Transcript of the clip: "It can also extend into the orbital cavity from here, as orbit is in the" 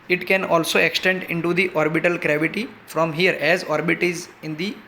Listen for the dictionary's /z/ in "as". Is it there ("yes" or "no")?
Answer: yes